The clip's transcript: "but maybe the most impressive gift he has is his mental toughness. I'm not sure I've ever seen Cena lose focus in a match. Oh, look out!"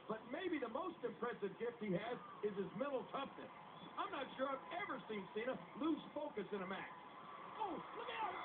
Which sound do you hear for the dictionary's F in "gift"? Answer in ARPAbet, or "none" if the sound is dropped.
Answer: F